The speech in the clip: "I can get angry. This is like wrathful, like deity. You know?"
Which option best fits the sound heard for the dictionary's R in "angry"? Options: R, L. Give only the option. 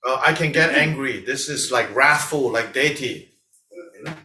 R